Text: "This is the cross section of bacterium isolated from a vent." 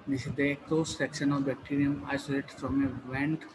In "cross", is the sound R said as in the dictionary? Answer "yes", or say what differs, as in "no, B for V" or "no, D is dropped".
no, L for R